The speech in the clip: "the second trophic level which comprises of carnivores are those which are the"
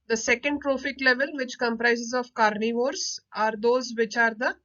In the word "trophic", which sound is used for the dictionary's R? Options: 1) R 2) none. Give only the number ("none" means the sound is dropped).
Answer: 1